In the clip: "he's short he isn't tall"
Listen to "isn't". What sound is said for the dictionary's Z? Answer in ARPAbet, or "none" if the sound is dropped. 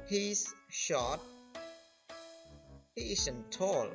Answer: S